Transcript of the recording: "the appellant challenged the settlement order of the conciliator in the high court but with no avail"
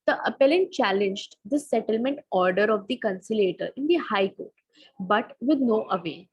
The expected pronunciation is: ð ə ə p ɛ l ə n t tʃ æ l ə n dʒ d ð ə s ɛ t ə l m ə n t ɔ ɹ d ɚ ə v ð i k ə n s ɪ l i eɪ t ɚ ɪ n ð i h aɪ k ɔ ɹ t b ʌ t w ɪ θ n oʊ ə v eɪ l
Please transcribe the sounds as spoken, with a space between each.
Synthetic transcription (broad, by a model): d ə ə p ɛ l ə n t tʃ æ l ə n dʒ d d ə s ɛ t ə l m ə n t ɔ ɹ d ɚ ə v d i k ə n s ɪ l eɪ t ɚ ɪ n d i h aɪ k ɔ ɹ t b ʌ t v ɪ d n oʊ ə v eɪ